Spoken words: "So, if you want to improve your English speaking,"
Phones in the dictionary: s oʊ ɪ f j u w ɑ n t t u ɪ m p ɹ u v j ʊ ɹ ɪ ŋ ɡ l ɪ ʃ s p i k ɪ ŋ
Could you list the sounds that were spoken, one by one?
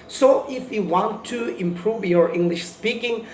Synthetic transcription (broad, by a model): s oʊ ɪ f j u w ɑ n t t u ɪ m p ɹ u v j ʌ ɹ ɪ ŋ ɡ l ɪ ʃ s p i k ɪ ŋ